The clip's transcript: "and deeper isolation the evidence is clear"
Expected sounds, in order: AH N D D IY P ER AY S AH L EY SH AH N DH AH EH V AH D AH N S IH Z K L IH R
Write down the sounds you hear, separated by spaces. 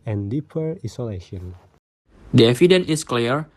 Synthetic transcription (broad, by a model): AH N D D IY P ER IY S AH L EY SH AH N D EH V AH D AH N IH S K L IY R